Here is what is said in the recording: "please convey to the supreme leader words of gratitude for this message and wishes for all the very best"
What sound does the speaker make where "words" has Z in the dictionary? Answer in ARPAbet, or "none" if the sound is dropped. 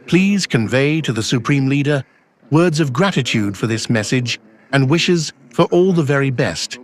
Z